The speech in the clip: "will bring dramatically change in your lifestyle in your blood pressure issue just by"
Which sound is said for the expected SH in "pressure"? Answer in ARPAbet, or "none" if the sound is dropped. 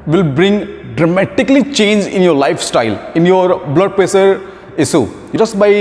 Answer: S